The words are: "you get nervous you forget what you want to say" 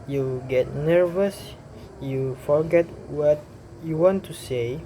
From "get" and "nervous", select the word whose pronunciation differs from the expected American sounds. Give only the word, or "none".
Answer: none